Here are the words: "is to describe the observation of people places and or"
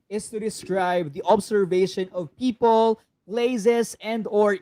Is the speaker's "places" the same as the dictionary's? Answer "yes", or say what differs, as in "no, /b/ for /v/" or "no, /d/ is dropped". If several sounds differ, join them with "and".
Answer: no, /s/ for /z/